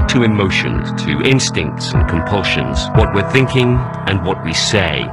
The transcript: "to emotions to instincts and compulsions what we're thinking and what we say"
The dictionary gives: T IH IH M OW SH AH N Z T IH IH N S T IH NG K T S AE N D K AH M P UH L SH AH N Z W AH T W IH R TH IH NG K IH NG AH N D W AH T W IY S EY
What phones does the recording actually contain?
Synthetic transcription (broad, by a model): T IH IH M OW SH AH N T IH IH N S T IH NG K T S N K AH M P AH L SH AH N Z W AH T W IH R TH IH NG K IH NG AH N W AH T W IY S EY